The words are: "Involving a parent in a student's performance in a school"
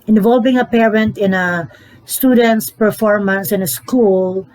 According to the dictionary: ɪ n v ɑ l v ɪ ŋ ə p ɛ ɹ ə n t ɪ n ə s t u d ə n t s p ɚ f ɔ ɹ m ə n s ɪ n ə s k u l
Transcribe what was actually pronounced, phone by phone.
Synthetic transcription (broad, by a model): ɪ n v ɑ l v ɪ ŋ ə p ɛ ɹ ə n t ɪ n ə s t u d ə n t s p ɚ f ɔ ɹ m ə n s ɪ n ə s k u l